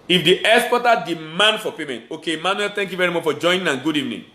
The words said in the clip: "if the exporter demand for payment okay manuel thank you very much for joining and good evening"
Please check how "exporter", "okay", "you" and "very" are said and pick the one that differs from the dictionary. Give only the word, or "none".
exporter